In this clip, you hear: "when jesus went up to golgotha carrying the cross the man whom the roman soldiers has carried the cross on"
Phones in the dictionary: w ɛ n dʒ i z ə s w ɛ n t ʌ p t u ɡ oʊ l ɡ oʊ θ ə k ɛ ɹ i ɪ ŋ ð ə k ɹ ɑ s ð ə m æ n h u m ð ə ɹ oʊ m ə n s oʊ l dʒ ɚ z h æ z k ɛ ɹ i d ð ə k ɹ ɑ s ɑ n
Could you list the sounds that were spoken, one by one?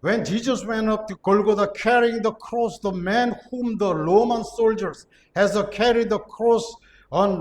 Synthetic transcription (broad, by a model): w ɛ n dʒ i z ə s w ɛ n ʌ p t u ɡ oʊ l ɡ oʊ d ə k ɛ ɹ i ɪ ŋ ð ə k ɹ ɑ s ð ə m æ n h u m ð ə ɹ oʊ m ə n s oʊ l dʒ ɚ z h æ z k ɛ ɹ i d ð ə k ɹ ɑ s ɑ n